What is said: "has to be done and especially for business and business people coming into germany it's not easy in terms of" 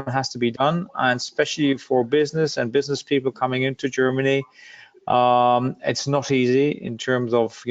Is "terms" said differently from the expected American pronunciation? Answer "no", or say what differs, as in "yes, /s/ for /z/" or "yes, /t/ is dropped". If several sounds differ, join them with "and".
no